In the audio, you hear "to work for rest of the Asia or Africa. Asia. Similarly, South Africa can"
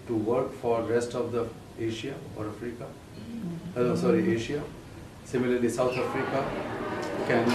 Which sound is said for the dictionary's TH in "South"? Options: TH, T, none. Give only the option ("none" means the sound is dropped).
T